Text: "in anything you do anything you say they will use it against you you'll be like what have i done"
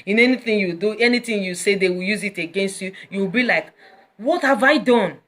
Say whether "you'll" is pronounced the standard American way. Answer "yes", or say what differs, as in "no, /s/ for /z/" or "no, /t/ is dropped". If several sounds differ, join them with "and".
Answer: no, /w/ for /l/